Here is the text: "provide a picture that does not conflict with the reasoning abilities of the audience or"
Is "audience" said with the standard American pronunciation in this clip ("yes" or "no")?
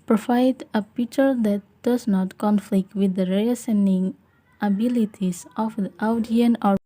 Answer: no